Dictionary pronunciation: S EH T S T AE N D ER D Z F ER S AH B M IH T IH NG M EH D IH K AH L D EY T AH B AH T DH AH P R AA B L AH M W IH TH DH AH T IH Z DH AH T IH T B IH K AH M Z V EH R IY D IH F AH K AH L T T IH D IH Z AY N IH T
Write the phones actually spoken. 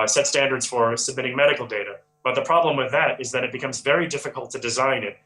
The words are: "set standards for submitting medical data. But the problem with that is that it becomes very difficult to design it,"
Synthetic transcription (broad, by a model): S EH T S T AE N D ER D Z F ER S AH B M IH T IH NG M EH D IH K L D EY T AH B AH T DH AH P R AA B L AH M W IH DH AH T IH Z DH AH T IH T B IH K AH M Z V EH R IY D IH F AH K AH L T T IH D IH Z AY N IH T